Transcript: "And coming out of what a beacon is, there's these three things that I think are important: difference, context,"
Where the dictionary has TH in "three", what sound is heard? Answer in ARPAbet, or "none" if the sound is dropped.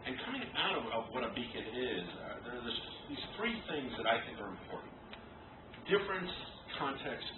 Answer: TH